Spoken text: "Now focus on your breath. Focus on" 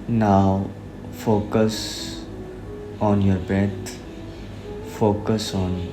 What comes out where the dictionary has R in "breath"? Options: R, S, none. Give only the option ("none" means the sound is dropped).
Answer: none